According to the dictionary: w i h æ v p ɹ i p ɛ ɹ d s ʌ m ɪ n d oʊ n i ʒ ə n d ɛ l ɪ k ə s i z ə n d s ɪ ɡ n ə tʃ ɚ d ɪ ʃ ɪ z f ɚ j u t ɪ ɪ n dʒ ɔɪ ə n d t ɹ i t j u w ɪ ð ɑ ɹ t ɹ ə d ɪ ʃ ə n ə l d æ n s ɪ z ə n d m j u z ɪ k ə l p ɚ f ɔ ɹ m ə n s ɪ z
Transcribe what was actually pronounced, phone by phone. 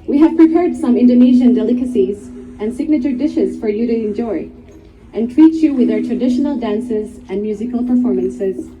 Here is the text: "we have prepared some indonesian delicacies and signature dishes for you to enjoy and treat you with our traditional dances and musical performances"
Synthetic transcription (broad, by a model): w i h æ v p ɹ i p ɛ ɹ d s ʌ m ɪ n d oʊ n i ʒ ə n d ɛ l ɪ k ə s i z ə n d s ɪ ɡ n ə tʃ ɚ d ɪ ʃ ɪ z f ɚ j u t ɪ ɪ n dʒ ɔɪ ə n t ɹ i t j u w ɪ ð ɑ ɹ t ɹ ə d ɪ ʃ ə n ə l d æ n s ɪ z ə n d m j u z ɪ k ə l p ɚ f ɔ ɹ m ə n s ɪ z